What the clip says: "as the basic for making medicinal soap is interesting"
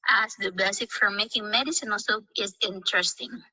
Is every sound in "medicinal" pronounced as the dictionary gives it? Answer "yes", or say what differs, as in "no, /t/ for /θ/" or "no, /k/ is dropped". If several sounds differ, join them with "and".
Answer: yes